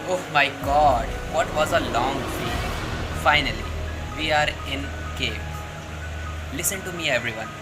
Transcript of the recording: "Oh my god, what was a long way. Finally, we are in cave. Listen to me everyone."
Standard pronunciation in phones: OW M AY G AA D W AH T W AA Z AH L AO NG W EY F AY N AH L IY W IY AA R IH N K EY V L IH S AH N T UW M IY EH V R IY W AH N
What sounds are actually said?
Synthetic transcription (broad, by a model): OW M AY G AA D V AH T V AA Z AH L AO NG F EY F AY N AH L IY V IY AA R IH N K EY P L IH S AH N T UW M IY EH V R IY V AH N